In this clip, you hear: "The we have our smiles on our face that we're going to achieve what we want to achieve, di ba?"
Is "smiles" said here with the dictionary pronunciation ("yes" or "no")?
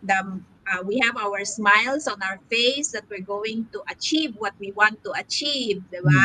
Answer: no